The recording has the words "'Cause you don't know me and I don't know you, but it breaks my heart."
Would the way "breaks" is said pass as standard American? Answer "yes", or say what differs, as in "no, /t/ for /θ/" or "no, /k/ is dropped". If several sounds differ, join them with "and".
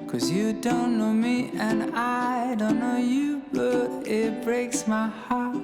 yes